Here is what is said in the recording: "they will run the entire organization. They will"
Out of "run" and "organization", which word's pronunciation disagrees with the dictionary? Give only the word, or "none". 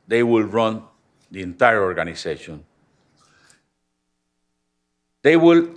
organization